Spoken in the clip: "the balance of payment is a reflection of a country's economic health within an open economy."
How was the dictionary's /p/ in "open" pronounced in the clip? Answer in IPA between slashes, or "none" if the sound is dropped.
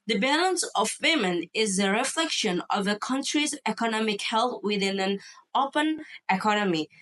/p/